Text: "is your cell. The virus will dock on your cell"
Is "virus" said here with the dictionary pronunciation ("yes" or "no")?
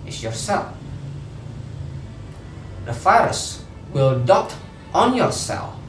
no